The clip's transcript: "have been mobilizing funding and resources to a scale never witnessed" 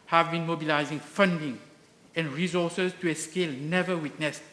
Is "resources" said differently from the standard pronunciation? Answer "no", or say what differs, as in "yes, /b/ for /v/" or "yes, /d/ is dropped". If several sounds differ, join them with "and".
yes, /s/ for /z/